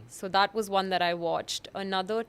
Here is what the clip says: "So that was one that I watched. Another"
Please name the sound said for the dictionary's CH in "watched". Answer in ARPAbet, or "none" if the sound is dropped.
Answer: CH